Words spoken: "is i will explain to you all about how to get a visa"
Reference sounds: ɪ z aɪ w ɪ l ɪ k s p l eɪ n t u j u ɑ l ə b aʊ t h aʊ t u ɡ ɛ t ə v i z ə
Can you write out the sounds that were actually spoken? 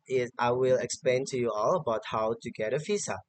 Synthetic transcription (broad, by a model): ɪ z aɪ w ɪ l ɪ k s p l eɪ n t u j u ɑ l ə b aʊ t h aʊ t u ɡ ɛ t ə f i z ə